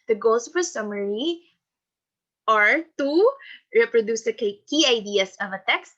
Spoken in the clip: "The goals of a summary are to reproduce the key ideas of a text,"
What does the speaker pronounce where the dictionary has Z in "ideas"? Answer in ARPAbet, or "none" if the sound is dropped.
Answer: S